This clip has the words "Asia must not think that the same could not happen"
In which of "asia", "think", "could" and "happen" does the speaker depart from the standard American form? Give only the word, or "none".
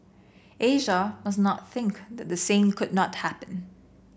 none